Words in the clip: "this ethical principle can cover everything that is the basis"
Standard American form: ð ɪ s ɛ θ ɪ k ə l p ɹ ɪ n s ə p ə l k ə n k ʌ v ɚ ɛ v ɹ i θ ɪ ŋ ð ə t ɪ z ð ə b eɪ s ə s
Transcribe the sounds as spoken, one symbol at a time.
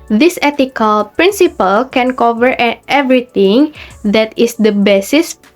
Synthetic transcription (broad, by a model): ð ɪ s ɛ t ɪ k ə l p ɹ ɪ n s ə p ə l k ə n k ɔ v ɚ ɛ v ɹ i t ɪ ŋ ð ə t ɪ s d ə b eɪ s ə s